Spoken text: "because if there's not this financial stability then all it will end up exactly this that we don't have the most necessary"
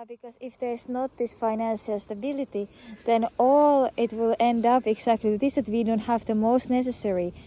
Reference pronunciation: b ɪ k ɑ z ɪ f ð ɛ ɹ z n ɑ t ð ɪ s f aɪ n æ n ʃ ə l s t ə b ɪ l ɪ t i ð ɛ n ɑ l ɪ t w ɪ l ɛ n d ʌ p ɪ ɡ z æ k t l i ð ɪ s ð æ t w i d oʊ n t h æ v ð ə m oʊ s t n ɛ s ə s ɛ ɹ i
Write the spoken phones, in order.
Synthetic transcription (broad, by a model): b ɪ k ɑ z ɪ f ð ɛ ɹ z n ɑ t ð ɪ s f aɪ n æ n ʃ ə l s t ə b ɪ l ɪ t i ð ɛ n ɑ l ɪ t w ɪ l ɛ n d ʌ p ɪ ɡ s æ k t l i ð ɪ s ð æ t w i d oʊ n t h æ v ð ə m oʊ s t n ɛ s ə s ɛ ɹ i